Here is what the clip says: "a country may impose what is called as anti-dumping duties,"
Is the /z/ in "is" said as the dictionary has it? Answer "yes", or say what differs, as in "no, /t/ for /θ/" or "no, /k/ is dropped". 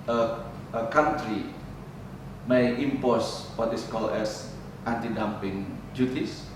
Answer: no, /s/ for /z/